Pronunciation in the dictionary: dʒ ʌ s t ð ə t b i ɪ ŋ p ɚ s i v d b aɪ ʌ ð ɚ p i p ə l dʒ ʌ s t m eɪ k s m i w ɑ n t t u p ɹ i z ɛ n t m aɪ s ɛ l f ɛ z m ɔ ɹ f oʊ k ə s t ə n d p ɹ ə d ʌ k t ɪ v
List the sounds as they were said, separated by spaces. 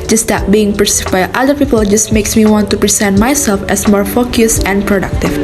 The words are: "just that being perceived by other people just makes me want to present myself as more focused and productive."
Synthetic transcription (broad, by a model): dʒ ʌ s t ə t b i ɪ ŋ p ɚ s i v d b aɪ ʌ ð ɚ p i p ə l dʒ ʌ s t m eɪ k s m i w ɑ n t t u p ɹ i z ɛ n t m aɪ s ɛ l f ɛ s m ɔ ɹ f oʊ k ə s ə n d p ɹ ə d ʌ k t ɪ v